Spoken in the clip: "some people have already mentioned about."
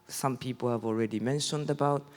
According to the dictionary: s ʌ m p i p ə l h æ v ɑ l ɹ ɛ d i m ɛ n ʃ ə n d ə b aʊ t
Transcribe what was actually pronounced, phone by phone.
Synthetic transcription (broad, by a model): s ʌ m p i p ə l h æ v ɑ l ɹ ɛ d i m ɛ n ʃ ə n d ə b aʊ t